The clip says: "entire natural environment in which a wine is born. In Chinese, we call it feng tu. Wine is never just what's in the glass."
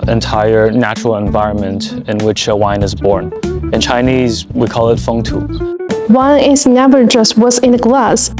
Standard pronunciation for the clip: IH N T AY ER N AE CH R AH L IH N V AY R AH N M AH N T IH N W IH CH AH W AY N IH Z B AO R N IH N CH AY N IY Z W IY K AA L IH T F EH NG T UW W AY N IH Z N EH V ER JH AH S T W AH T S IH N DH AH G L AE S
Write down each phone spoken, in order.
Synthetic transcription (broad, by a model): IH N T AY ER N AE CH R L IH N V AY R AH N M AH N T IH N W IH CH AH W AY N IH Z B AO R N IH N CH AY N IY Z W IY K AA L IH T F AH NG T UW W AY N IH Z N EH V ER JH AH S T W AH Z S IH N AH G L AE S